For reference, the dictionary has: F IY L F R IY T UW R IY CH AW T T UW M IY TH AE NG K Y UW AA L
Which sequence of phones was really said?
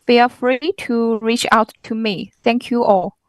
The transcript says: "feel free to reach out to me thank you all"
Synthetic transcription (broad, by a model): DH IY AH F R IY T UW R IY CH AW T T UW M IY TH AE NG K Y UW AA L